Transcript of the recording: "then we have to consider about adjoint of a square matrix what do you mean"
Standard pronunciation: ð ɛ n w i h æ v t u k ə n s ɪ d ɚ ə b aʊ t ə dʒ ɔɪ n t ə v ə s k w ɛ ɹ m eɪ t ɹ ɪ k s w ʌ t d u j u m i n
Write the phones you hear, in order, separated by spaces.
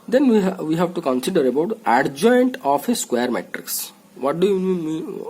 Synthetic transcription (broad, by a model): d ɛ n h i h æ v t u k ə n s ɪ d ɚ ə b aʊ t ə dʒ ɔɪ n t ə p ə s k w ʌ ɹ m eɪ t ɹ ɪ k s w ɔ t d u j u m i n